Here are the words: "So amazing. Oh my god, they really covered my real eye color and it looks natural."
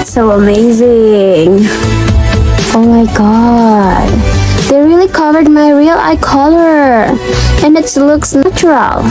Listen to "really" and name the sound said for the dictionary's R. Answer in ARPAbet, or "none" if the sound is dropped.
R